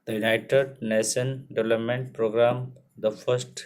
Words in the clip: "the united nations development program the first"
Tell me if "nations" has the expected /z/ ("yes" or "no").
no